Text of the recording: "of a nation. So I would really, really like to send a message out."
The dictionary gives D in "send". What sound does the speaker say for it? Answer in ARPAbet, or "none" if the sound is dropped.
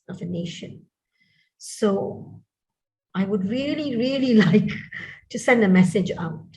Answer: D